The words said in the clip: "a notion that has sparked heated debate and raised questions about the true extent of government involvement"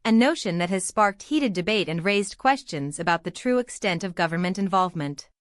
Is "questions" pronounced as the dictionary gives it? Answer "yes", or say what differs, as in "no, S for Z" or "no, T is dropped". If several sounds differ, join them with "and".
yes